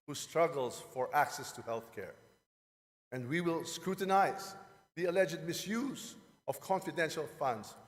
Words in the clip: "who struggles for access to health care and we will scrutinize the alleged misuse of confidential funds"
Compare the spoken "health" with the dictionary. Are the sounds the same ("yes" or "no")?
yes